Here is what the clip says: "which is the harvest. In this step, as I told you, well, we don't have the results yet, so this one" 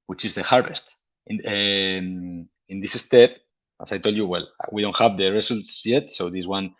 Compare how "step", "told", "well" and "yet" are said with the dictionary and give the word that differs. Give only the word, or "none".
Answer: none